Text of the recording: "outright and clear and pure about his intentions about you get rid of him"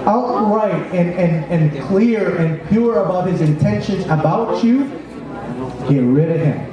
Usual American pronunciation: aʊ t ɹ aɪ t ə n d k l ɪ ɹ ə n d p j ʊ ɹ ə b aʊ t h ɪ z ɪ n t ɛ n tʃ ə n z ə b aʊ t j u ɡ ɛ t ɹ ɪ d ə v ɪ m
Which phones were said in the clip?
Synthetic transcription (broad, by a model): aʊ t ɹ aɪ t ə n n k l ɪ ɹ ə n p j ʊ ɹ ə b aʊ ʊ h ɪ z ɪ n t ɛ n ʃ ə n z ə b aʊ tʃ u ɡ ɛ t ɹ ɪ d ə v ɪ m